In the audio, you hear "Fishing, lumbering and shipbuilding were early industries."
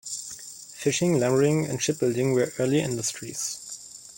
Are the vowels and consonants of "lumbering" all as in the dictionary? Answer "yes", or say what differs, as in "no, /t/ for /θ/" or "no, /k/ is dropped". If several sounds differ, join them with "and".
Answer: no, /b/ is dropped